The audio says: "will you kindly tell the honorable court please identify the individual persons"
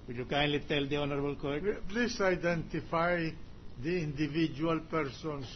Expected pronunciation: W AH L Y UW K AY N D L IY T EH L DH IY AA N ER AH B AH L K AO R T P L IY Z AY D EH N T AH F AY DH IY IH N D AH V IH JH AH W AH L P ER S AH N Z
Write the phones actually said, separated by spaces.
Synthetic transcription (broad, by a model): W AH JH Y UW K AY N D L IY T EH L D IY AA N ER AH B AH L K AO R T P L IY S AY D EH N T AH F AY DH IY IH N D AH V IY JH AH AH L P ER S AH N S